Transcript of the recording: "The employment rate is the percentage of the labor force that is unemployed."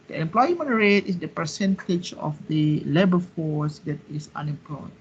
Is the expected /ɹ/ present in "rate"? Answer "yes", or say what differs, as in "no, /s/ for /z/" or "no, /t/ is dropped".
yes